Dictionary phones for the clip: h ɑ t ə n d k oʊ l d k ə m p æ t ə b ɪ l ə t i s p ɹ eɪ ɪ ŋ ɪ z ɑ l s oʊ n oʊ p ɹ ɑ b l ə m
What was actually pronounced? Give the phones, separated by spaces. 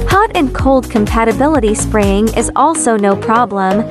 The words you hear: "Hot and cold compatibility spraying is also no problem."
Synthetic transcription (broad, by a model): h ɑ t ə n k oʊ l d k ə m p æ t ə b ɪ l ə t i s p ɹ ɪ ɪ ŋ ɪ z ɑ l s oʊ n oʊ p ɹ ɑ b l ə m